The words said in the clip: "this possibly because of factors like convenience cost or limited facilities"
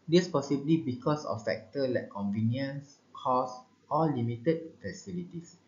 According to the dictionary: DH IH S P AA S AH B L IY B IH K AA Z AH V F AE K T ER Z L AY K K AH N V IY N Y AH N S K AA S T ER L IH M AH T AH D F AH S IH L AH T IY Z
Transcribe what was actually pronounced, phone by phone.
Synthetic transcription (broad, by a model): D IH S P AA S AH B L IY B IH K AA S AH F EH K T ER L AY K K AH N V IY N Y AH N S K AA S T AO L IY M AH T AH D F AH S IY L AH T IY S